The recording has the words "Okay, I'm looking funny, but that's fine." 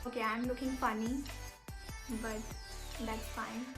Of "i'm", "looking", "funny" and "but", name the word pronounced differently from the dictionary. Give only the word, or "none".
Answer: none